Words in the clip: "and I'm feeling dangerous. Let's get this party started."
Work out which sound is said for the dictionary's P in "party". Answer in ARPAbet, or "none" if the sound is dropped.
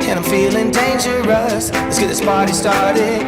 B